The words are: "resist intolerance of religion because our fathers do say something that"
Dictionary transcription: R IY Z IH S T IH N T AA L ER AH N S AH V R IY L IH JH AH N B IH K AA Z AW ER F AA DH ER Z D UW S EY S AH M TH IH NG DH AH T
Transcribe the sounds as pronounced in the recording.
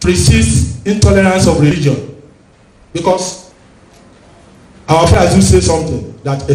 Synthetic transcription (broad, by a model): R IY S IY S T IH N T AA L ER AH N S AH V R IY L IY JH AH N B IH K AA S AW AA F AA AA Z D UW S EY S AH M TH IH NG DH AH T